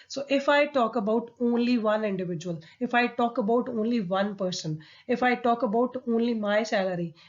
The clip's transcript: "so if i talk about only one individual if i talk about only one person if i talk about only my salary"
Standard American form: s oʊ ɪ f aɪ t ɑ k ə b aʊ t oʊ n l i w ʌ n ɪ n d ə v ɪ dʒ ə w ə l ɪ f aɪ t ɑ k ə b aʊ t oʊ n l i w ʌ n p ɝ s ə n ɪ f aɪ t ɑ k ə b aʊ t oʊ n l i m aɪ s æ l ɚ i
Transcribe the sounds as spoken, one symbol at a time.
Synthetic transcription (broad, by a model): s oʊ ɪ f aɪ t ɑ k ə b aʊ t oʊ n l i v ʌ n ɪ n d ə v ɪ dʒ ə w ə l ɪ f aɪ t ɑ k ə b aʊ t oʊ n l i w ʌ n p ɝ s ə n ɪ f aɪ t ɑ k ə b aʊ t oʊ n l i m aɪ s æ l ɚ i